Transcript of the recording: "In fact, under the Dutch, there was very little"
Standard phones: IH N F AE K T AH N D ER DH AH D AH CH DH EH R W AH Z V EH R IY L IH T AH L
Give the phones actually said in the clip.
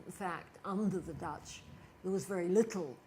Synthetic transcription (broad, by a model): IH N F AE K T AH N D ER DH AH D AH CH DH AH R W AH Z V EH R IY L IH T L